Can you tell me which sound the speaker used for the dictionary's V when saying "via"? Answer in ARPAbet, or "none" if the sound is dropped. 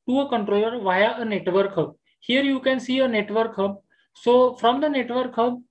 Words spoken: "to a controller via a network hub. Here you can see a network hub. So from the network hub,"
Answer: V